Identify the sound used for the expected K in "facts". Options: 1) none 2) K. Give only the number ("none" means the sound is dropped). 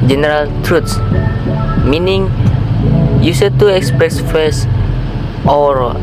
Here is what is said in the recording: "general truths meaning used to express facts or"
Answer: 1